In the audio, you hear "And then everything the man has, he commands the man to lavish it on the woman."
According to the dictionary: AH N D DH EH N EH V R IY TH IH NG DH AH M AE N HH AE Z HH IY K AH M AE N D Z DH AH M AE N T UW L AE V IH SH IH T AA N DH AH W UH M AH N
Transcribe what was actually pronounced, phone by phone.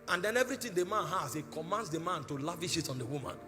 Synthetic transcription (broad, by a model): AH N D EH N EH V R IY T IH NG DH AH M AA N HH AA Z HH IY K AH M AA N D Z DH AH M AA N T UW L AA V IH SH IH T AA N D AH W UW M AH N